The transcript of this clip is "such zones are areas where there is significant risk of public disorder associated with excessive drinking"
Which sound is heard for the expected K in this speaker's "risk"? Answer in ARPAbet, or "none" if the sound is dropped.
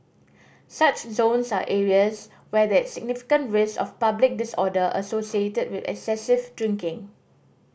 none